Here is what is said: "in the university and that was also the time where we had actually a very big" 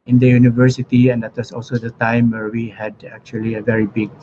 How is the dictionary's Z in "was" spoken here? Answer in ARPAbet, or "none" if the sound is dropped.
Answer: S